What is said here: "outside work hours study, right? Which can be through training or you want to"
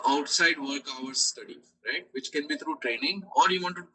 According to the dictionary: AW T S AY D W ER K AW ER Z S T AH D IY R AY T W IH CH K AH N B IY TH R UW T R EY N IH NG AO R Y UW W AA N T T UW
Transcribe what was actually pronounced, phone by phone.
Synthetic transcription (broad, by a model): AW T S AY D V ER K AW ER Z S T AH D IY R AY T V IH CH K AH N B IY T R UW T R EY N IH NG AO R Y UW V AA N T T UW